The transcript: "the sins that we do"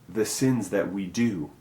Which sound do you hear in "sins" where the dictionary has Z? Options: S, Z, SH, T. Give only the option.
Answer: Z